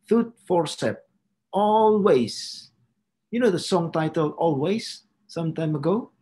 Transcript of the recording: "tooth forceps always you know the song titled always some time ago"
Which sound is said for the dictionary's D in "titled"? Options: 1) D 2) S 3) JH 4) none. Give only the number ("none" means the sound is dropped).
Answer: 4